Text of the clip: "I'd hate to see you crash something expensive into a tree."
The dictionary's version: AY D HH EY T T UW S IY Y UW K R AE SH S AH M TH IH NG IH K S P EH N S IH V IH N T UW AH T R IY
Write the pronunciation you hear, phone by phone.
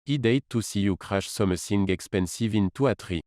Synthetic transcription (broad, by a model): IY D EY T T UW S IY Y UW K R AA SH S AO M S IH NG IH K S P EH N S IH V IH N T UW AH T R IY